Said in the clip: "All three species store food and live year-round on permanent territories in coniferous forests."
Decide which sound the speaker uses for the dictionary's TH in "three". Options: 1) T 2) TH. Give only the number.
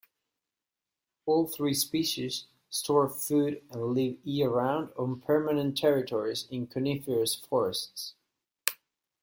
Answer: 2